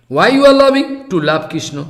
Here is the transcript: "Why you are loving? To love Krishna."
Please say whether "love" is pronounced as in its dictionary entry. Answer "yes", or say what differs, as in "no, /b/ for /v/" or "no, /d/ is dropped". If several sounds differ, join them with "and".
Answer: no, /b/ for /v/